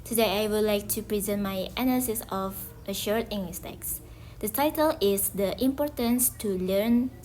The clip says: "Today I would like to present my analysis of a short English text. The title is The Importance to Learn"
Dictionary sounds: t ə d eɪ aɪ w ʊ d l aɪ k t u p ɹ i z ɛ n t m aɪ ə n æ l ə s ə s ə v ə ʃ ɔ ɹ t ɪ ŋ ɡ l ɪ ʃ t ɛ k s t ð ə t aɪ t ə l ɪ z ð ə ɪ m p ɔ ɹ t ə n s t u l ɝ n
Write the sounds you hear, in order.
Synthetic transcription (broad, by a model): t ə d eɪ aɪ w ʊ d l aɪ k t u p ɹ i z ɛ n t m aɪ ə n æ l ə s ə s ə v ə ʃ ɔ ɹ t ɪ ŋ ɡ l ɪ s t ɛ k s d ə t aɪ t ə l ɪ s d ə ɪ m p ɔ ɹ t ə n s t u l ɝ n